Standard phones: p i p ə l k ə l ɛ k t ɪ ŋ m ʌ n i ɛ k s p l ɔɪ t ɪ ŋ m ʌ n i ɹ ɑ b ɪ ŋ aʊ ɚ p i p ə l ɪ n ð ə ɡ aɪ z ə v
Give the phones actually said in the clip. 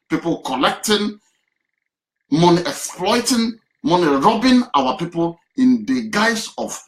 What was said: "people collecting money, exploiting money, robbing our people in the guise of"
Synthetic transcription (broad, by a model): p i p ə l k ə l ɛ k t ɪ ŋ m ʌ n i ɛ k s p l ɔɪ t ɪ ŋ m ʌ n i ɹ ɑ b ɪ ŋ aʊ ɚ p i p ə l ɪ n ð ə ɡ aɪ s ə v